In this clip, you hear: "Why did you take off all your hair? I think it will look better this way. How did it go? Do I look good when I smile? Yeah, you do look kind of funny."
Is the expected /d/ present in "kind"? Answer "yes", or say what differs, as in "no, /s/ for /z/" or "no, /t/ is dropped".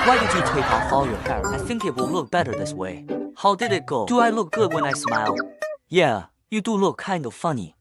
yes